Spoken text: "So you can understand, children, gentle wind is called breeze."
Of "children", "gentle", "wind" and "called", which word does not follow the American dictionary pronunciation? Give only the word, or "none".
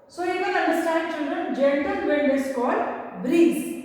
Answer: wind